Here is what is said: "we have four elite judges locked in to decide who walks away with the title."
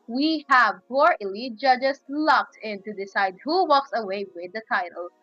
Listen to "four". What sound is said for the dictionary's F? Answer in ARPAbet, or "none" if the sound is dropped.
P